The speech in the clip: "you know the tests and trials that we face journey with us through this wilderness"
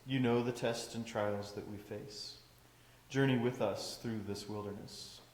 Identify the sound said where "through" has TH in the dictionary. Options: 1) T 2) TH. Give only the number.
2